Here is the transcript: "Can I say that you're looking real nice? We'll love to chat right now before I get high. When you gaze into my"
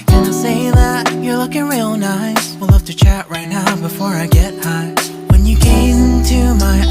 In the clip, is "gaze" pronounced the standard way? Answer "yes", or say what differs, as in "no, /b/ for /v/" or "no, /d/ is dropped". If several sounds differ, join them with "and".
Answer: no, /z/ is dropped